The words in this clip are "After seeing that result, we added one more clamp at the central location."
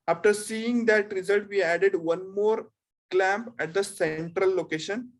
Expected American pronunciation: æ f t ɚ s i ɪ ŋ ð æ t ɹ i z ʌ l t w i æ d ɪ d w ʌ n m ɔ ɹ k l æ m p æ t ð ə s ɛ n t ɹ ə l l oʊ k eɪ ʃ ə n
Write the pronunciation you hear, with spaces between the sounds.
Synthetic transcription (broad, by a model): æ f t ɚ s i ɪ ŋ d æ t ɹ i z ʌ l t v i æ d ɪ d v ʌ n m ɔ ɹ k l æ m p æ t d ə s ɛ n t ɹ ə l l oʊ k eɪ ʃ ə n